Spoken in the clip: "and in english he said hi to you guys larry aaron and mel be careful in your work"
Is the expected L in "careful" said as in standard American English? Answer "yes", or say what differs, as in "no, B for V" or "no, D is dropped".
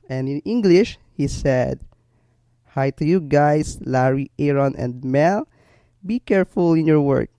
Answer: yes